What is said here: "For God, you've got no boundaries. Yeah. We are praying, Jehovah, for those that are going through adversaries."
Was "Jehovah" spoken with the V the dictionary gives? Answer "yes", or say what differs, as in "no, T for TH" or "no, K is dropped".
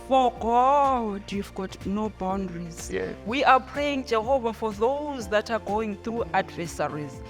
yes